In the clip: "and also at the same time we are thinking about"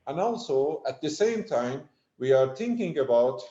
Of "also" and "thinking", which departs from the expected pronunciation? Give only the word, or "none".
thinking